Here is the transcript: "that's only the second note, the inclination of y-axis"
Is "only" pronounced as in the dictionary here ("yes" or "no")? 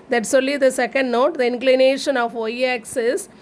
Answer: no